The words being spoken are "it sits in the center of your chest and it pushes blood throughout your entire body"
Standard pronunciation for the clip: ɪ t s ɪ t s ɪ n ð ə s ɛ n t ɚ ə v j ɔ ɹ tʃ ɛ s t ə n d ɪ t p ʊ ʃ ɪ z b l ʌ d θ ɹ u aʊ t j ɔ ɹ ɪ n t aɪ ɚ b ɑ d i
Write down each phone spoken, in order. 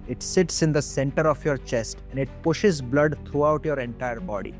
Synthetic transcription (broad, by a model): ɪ t s ɪ t s ɪ n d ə s ɛ n t ɚ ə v j ɔ ɹ tʃ ɛ s t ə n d ɪ t p ʊ ʃ ɪ z b l ʌ d t ɹ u aʊ t j ɔ ɹ ɪ n t aɪ ɚ b ɑ d i